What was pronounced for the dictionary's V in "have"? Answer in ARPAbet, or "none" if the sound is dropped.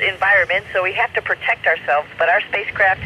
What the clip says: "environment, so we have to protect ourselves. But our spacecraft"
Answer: F